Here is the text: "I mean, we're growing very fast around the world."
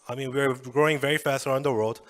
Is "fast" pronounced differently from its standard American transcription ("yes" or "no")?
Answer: no